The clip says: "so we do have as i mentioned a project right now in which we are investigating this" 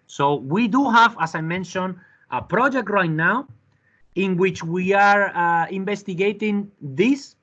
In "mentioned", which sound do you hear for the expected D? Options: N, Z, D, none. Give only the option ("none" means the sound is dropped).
none